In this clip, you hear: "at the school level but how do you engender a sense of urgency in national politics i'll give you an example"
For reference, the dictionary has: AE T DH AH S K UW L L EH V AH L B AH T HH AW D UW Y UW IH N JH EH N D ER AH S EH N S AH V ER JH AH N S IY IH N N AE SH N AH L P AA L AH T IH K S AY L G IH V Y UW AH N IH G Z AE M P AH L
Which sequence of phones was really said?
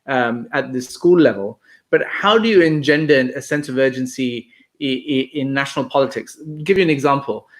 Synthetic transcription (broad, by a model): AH T DH AH S K UW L L EH V AH L B AH T HH AW D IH Y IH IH N JH EH N D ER AH S EH N S AH V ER JH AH N S IY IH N N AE SH N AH L P AA L AH T IH K S G IH V Y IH AH N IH G Z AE M P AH L